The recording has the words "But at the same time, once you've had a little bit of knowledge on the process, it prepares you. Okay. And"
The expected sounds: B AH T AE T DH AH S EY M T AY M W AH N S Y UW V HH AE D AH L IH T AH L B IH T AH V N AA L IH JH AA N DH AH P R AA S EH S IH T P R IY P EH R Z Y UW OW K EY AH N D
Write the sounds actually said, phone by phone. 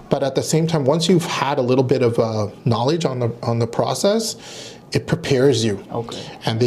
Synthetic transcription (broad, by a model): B AH T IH T DH AH S EY M T AY M W AH N S Y UW V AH D AH L IH T L B IH T AH V N AA L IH JH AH N DH AH P R AA S EH S IH T P R IY P EH R Z Y UW OW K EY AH N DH